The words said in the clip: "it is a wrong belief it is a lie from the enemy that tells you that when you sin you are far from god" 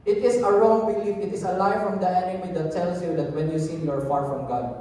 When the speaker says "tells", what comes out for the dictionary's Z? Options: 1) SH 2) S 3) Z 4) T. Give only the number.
2